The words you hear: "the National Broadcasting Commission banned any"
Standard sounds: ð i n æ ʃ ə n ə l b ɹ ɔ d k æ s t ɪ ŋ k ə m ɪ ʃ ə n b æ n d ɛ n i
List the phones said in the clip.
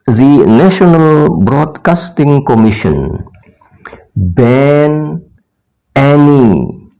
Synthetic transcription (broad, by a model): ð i n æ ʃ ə n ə l b ɹ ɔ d k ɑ s t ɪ ŋ k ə m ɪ ʃ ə n b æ n ɛ n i